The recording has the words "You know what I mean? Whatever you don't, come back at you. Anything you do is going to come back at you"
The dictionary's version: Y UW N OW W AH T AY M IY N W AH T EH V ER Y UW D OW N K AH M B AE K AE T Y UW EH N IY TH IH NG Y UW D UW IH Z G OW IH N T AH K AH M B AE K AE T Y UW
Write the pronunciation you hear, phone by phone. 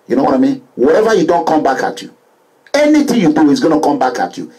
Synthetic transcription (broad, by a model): Y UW N OW W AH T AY M IY N W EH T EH V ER Y UW D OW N K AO M B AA K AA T Y UW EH N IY T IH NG Y UW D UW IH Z G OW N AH K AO M B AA K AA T Y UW